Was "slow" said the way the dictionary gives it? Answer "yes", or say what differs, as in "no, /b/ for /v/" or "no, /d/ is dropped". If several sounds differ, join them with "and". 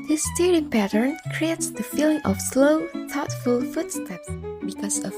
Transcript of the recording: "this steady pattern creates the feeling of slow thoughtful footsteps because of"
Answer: yes